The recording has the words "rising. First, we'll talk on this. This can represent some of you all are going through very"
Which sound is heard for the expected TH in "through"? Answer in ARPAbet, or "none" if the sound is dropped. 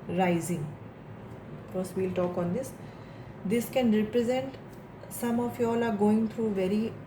T